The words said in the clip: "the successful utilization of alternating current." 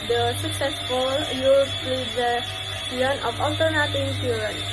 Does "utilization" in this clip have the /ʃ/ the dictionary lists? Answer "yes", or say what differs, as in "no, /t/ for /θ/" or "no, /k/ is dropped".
no, /ʃ/ is dropped